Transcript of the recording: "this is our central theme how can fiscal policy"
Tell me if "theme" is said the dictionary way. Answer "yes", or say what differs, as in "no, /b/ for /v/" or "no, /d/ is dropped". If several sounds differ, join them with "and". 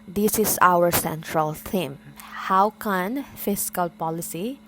no, /t/ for /θ/